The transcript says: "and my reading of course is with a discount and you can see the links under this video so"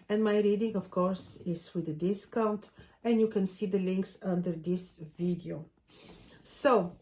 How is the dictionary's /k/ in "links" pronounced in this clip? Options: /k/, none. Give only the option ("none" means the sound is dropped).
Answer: /k/